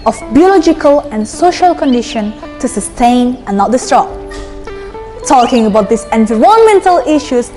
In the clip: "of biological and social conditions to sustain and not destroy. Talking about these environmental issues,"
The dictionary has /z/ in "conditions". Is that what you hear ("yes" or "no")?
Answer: no